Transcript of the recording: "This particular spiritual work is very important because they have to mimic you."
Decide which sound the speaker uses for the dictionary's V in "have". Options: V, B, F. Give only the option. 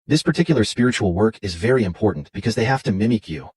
F